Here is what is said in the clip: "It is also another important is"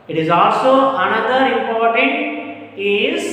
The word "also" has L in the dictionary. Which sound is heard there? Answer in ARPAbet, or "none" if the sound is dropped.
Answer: L